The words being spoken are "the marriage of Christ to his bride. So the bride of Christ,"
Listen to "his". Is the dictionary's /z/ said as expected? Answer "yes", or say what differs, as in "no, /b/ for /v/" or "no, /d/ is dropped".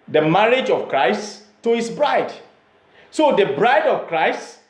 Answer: no, /s/ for /z/